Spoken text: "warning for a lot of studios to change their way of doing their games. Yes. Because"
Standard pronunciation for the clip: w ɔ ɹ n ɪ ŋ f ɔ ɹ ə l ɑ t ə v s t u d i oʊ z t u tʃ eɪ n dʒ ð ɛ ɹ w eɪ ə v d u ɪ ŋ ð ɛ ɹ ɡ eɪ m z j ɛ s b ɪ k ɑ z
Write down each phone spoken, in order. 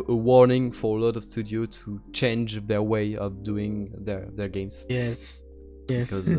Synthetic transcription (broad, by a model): w ɔ ɹ n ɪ ŋ f ɔ ɹ ə l ɑ t ə v s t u d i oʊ t u tʃ eɪ n dʒ ð ɛ ɹ w eɪ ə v d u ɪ ŋ ð ɛ ɹ ɡ eɪ m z j ɛ s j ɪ k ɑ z